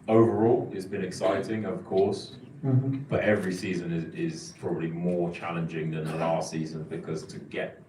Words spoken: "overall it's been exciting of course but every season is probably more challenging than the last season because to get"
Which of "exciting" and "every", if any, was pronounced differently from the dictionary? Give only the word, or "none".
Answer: none